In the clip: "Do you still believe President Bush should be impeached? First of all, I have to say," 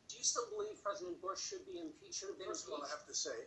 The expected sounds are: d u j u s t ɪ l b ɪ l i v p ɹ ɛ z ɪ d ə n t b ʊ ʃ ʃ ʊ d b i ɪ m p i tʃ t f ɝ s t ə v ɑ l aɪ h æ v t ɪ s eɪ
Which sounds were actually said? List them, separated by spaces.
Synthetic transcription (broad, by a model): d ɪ j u s t ɪ l b ɪ l i v p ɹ ɛ z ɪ d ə n b ʊ ʃ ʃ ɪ d b i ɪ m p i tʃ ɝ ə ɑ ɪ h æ f t ɪ s eɪ